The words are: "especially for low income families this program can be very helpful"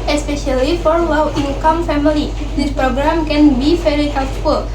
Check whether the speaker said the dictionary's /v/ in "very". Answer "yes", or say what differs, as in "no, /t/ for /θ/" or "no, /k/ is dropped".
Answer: no, /f/ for /v/